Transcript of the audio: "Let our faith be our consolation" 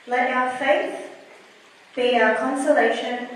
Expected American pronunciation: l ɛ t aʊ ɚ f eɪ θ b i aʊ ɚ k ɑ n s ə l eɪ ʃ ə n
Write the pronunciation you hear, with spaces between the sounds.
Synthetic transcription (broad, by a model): l ɛ t aʊ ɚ f eɪ θ b i aʊ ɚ k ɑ n s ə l eɪ ʃ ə n